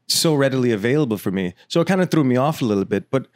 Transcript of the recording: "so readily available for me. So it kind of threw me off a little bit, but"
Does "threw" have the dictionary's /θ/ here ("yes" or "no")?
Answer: yes